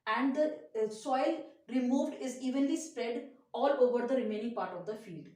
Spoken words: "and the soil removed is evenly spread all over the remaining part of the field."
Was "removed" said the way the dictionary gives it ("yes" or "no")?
yes